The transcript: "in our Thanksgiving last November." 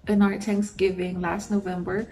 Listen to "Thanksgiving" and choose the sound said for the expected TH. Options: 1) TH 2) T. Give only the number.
2